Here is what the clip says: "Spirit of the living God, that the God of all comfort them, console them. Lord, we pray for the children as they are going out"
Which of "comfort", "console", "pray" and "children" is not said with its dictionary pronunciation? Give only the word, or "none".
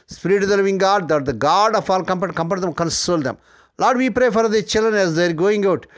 comfort